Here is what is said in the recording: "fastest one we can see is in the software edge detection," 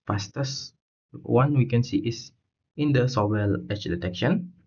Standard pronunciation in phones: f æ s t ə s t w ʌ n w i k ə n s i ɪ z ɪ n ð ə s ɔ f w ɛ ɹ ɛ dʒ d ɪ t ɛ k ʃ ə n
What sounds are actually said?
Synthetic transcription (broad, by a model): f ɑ s t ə s w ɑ n w i k ə n s i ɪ s ɪ n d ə s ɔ w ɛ l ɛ tʃ d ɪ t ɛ k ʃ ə n